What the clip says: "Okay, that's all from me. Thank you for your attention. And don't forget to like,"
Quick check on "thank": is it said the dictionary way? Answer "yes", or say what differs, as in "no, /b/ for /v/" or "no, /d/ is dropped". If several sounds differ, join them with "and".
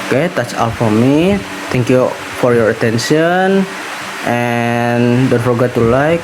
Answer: no, /t/ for /θ/